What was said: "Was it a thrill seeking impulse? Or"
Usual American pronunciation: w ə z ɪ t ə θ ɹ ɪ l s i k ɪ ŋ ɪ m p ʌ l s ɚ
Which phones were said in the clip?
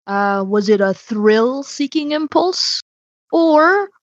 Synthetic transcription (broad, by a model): w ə z ɪ t ə θ ɹ ɪ l s i k ɪ ŋ ɪ m p ʌ l s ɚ